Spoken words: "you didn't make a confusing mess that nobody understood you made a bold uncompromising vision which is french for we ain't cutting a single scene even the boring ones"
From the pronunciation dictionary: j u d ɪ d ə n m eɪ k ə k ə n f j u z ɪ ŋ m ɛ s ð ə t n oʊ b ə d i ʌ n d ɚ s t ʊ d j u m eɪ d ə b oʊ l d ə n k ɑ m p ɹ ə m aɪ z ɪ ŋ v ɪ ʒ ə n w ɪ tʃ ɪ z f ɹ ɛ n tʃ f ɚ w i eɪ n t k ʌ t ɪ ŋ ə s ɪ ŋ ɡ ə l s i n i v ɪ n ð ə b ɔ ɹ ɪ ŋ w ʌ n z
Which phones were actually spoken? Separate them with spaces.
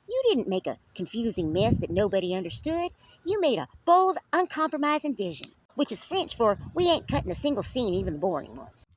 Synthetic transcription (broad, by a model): j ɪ d ɪ d n m eɪ k ə k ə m f j u z ɪ ŋ m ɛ s ð ə t n oʊ b ə d i ʌ n d ɚ s t ʊ d j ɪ m eɪ d ə b oʊ l d ə n k ɑ m p ɹ ə m aɪ z ɪ ŋ v ɪ ʒ ə n w ɪ tʃ ɪ z f ɹ ɛ n tʃ f ɚ w i eɪ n k ʌ t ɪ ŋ ə s ɪ ŋ ɡ l s i n i v ɪ n ð ə b ɔ ɹ ɪ ŋ w ʌ n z